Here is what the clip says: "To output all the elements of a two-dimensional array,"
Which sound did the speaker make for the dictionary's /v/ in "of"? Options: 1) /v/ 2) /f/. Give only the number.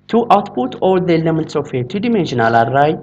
2